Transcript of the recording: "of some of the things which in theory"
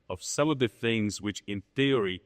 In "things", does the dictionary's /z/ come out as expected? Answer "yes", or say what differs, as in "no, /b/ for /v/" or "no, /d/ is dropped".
yes